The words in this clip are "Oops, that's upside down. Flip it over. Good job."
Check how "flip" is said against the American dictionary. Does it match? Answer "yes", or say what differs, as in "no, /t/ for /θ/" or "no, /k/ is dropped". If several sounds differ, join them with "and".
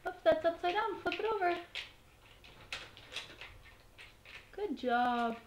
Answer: no, /l/ is dropped